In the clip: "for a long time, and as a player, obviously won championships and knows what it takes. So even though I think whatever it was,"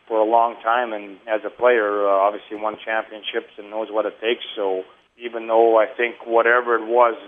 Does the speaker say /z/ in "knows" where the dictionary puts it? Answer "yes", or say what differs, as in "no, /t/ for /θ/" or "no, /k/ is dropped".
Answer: yes